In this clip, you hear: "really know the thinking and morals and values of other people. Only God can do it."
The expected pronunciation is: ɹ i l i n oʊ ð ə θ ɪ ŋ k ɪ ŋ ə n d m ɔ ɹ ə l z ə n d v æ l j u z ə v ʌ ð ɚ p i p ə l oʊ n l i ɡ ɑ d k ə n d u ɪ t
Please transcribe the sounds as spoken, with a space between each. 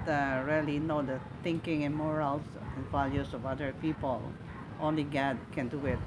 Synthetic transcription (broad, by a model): ɹ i l i n oʊ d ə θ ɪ ŋ k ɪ ŋ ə n m ɔ ɹ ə l s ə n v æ l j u s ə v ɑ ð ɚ p i p ə l oʊ n l i ɡ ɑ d k ə n d u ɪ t